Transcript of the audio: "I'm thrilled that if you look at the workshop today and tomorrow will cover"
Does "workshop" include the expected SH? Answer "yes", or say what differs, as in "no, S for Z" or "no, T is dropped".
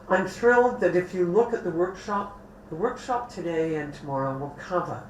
yes